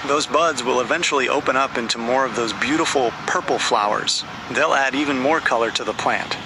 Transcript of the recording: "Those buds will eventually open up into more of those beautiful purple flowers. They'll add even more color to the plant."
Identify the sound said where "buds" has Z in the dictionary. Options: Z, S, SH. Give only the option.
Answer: Z